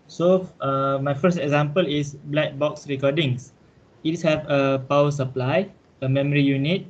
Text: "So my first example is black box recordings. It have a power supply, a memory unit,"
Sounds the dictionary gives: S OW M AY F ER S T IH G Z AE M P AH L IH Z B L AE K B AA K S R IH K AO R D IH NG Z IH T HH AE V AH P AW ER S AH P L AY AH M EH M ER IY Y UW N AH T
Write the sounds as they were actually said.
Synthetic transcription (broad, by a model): S OW M AY F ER S T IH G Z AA M P AH L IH S B L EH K B AA K S R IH K AO D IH NG S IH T HH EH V AH P AW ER S AH P L AY AH M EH M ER IY Y UW N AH T